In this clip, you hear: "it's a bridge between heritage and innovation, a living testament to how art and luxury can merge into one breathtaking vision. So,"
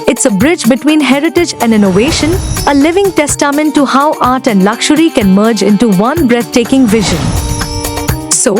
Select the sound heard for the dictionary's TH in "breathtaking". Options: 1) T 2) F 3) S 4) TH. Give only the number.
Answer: 1